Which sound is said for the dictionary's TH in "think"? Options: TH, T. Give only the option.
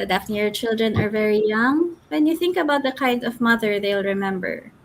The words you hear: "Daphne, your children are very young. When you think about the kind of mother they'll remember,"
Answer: TH